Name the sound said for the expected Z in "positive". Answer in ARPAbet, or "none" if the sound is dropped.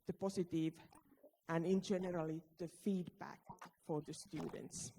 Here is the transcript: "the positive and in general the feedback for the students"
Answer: S